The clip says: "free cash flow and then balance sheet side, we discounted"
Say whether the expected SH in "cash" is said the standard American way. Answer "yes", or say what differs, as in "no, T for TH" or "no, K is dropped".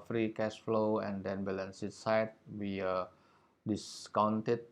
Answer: no, S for SH